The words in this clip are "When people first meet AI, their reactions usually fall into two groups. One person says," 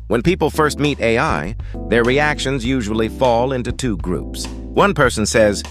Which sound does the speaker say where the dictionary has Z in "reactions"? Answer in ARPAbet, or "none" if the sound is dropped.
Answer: Z